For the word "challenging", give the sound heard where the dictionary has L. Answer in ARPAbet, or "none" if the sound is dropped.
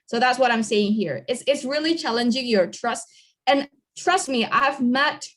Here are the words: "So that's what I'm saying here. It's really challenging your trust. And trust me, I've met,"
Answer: L